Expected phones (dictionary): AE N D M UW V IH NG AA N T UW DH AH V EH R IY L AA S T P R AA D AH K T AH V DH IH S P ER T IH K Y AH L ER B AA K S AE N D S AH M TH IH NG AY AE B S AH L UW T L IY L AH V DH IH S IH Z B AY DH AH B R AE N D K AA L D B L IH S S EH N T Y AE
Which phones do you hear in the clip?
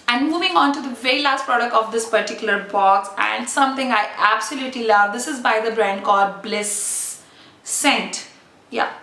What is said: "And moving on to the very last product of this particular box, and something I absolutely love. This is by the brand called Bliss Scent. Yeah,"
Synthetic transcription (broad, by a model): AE N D M UW V IH NG AA N T UW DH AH V EH R IY L AA S T P R AA D AH K T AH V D IH S P ER T IH K Y AH L ER B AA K S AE N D S AH M T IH NG AY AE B S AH L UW T L IY L AH V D IH S IH Z B AY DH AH B R AE N D K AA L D B L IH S S EH N T Y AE